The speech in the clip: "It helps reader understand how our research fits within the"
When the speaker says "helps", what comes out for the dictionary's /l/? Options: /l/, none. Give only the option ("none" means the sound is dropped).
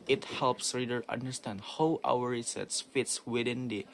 /l/